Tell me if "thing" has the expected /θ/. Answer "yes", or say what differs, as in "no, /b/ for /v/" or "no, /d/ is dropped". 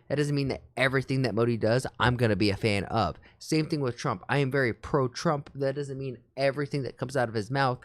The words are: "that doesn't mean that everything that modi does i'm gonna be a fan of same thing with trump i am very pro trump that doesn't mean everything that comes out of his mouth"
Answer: yes